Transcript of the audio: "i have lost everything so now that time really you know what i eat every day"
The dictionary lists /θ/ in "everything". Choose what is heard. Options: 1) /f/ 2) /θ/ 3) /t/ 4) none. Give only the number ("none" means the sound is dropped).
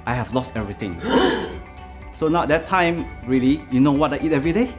3